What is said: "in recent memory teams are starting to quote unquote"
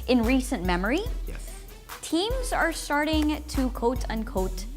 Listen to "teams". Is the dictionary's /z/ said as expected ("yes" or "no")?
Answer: yes